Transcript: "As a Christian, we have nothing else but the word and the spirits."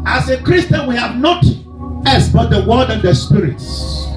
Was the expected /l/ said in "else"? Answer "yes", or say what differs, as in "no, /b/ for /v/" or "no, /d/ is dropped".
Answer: no, /l/ is dropped